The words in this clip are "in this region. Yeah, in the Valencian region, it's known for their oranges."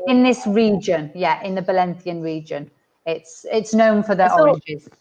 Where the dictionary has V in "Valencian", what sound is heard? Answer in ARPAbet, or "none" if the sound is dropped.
B